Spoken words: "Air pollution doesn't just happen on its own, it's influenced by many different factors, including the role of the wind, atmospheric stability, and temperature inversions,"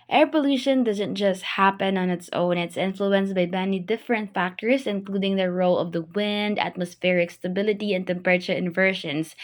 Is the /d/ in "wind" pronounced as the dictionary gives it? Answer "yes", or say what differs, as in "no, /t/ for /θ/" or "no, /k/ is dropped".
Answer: yes